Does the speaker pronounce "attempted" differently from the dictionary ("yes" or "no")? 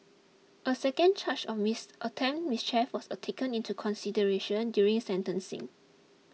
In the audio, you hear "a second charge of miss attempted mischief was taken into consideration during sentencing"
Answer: yes